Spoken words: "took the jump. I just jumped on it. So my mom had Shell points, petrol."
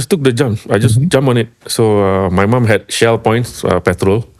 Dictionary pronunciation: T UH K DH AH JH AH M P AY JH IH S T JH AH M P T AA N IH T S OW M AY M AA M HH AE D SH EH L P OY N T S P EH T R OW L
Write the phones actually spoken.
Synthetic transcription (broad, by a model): T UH K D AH JH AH M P AY JH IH S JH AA M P AA N IH T S OW M AY M AA M HH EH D SH EH L P OY N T S P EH T R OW L